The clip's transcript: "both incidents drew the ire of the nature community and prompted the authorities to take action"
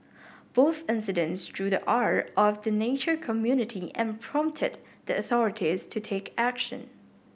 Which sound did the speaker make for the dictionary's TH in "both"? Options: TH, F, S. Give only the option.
TH